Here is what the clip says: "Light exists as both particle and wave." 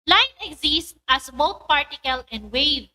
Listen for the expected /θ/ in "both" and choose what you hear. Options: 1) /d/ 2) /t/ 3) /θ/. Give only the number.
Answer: 2